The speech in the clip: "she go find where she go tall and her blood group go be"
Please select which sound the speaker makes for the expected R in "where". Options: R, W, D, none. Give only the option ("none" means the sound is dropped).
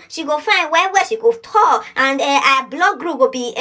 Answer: W